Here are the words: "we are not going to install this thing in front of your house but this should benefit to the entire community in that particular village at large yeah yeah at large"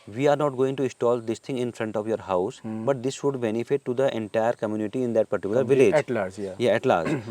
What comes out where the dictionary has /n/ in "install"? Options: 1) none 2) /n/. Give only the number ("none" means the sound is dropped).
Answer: 1